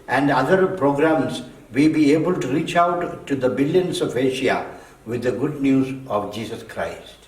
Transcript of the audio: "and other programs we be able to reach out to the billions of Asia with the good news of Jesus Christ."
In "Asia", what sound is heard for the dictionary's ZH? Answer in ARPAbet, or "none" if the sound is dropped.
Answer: SH